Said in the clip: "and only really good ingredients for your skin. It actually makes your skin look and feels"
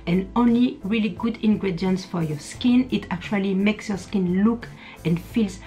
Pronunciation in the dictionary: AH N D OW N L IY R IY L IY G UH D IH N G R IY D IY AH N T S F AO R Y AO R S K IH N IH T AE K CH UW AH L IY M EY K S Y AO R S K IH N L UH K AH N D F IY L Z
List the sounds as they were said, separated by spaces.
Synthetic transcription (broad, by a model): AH N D OW N L IY R IY L IY G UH D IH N G R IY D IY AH N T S F AO R Y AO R S K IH N IH T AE K CH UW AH L IY M EY K S Y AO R S K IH N L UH K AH N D F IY L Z